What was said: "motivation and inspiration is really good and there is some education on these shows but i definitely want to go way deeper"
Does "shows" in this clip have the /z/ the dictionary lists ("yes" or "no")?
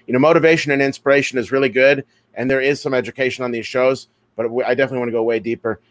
yes